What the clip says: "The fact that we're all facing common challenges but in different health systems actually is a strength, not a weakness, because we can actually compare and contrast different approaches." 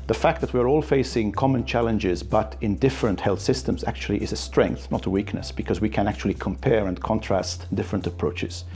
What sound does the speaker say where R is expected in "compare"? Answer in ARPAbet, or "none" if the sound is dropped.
R